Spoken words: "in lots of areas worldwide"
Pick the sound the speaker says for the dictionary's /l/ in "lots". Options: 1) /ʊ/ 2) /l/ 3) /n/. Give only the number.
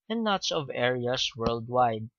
3